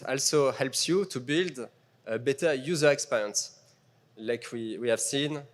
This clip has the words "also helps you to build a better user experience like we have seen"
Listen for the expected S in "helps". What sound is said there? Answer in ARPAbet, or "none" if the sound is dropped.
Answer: S